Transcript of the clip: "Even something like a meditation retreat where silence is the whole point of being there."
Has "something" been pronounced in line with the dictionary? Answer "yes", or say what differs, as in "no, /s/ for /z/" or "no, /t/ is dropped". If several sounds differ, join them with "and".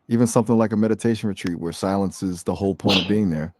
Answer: yes